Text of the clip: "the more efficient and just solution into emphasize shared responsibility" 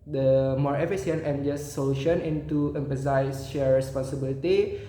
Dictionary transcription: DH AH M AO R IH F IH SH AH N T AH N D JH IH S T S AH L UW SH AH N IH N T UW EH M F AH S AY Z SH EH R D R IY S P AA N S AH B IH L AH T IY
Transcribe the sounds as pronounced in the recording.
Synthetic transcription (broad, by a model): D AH M AO R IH F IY S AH N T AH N JH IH S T S AH L UW SH AH N IH N T UW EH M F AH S AY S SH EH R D R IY S P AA N S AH B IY L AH T IY